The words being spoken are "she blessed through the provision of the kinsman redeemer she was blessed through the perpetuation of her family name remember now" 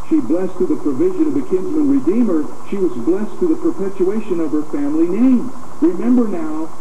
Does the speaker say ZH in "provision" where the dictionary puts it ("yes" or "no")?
yes